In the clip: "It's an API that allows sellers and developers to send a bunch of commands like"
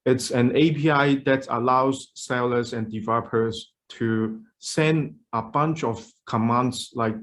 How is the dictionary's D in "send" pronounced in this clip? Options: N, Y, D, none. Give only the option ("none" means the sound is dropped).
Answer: D